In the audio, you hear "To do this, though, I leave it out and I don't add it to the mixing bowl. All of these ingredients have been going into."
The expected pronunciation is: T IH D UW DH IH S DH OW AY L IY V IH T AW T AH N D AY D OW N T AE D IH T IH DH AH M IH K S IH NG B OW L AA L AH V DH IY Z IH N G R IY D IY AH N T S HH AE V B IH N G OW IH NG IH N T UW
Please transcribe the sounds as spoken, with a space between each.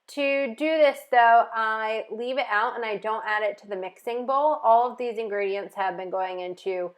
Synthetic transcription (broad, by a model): T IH D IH DH IH S DH OW AY L IY V IH T AW T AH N AY D OW N T AE D IH T IH DH AH M IH K S IH NG B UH L AA L AH V DH IY Z IH N G R IY D IY AH N T S HH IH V B IH N G OW IH NG IH N T UW